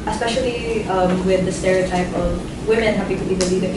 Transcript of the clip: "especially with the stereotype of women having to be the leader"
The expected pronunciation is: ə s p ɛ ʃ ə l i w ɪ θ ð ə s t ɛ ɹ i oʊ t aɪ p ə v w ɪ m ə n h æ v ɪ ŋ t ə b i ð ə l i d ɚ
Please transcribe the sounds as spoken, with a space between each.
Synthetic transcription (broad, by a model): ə s p ɛ ʃ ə l i w ɪ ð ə s t ɛ ɹ i oʊ t aɪ p ə v w ɪ m ə n h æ p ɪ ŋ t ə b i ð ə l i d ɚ